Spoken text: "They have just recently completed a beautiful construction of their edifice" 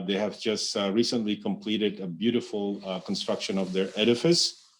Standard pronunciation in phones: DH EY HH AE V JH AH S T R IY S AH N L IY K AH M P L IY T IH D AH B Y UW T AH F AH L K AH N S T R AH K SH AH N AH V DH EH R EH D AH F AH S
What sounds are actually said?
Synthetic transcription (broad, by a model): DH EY HH AE V JH AH S T R IY S AH N L IY K AH M P L IY T IH D AH B Y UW T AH F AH L K AH N S T R AH K SH AH N AH V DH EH R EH D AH F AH S